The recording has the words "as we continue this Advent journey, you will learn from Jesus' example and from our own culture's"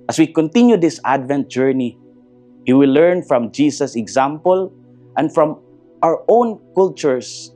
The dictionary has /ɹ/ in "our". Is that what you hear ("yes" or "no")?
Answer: yes